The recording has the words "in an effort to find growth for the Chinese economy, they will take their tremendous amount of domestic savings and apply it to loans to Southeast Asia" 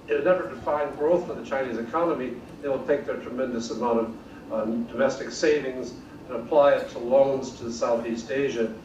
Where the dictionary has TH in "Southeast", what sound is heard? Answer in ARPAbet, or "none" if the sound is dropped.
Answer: TH